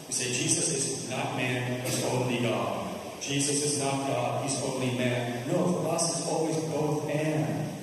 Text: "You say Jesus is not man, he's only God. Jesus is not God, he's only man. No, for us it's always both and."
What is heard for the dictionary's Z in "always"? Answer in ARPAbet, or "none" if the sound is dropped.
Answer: Z